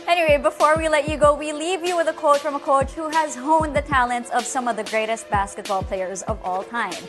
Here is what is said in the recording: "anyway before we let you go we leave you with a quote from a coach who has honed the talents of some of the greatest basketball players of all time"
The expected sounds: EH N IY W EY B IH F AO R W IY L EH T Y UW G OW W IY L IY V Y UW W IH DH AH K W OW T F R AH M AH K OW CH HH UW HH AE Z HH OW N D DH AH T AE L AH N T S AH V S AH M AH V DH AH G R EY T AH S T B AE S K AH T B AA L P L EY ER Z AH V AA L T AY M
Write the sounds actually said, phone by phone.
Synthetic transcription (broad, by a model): EH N IY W EY B IH F AO R W IY L EH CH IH G OW W IY L IY V Y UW W IH DH AH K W OW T F R AH M AH K OW CH HH UW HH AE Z HH OW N DH AH T AE L AH N T S AH V S AH M AH V DH AH G R EY T AH S T B AE S K AH T B AA L P L EY ER Z AH V AA L T AY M